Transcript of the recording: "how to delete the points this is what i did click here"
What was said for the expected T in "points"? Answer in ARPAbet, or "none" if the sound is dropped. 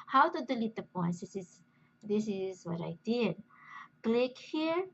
S